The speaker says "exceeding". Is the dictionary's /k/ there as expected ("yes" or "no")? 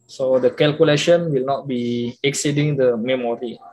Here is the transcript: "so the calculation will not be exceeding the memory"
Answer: yes